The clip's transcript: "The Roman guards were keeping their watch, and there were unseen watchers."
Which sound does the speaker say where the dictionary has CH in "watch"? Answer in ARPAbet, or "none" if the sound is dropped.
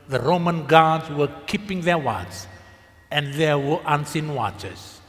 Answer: S